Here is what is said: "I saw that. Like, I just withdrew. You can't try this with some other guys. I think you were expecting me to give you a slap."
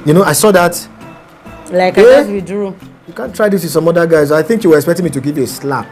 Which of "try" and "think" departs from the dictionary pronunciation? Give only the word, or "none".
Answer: none